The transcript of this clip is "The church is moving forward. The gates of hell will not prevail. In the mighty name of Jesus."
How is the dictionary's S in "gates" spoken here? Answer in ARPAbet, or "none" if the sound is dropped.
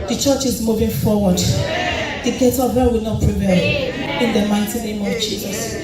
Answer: none